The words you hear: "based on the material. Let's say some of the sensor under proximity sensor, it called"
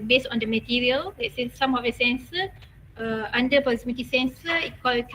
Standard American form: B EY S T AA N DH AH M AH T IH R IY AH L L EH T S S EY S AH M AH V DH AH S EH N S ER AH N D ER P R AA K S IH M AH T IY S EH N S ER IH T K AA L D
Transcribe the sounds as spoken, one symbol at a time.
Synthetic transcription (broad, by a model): B EY S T AA N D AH M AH T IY R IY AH L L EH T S S EY S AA M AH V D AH S EH N S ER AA N D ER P AA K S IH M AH T IY S EH N S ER IH T K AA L